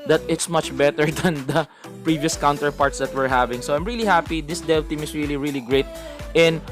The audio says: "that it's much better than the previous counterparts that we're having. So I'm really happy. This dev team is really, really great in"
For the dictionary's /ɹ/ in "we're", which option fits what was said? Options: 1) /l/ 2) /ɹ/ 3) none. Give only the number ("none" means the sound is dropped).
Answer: 2